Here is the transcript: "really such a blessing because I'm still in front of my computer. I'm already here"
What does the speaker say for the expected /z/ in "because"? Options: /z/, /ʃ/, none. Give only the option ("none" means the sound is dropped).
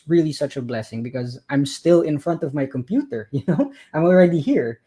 /z/